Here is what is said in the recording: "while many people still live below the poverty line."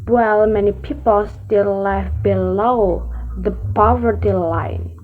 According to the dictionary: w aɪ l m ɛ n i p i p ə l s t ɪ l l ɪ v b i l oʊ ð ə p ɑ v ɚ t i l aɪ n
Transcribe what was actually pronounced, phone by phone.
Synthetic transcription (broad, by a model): w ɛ l m ɛ n i p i p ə l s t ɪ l l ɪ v b i l oʊ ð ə p ɑ v ɚ t i l aɪ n